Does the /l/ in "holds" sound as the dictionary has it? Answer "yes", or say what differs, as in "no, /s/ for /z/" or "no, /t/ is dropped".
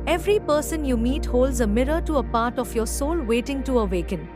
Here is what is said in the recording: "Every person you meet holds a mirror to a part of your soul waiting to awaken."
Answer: yes